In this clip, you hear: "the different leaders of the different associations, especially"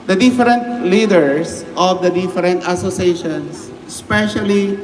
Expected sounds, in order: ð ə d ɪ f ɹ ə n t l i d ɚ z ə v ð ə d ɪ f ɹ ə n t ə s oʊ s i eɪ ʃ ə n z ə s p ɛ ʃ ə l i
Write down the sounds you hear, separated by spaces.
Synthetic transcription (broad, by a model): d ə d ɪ f ɹ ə n t l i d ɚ s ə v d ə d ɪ f ɹ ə n t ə s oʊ s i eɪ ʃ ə n s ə s p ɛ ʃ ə l i